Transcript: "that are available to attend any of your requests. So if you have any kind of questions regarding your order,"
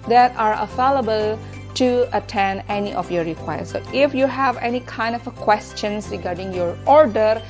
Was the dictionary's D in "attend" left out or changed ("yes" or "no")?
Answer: yes